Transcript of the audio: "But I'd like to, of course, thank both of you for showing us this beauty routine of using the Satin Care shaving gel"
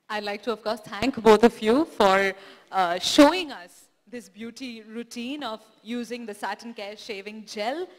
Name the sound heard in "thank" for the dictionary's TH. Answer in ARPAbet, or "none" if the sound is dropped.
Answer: T